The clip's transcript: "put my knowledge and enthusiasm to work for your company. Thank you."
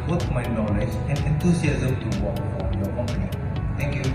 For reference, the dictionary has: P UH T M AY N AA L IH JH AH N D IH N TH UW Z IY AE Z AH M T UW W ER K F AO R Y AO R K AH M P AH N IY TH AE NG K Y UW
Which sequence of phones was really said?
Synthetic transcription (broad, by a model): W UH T M AY N AA L IH JH AH N D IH N T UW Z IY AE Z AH M T UW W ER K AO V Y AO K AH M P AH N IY T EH NG K Y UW